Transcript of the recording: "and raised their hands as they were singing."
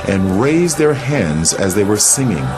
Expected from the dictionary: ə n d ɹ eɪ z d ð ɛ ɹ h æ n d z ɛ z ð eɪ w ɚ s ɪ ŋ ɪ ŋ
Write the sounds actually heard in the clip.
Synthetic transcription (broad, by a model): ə n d ɹ eɪ z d ð ɛ ɹ h æ n d z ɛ z ð eɪ w ɚ s ɪ ŋ ɪ ŋ